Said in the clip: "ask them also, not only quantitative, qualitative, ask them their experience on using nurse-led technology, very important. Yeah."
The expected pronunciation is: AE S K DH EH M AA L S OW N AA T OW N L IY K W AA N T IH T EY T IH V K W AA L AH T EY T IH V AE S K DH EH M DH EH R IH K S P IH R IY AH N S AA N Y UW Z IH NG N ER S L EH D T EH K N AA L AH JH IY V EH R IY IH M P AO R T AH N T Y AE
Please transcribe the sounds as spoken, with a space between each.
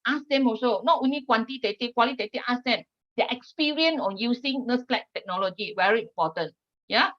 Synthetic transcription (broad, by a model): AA S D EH M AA S OW N AA T OW N L IY K W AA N T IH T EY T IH K W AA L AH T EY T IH AA S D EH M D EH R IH K S P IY R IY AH N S AA N Y UW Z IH NG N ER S L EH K T EH K N AA L AH JH IY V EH R IY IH M P AO T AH N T Y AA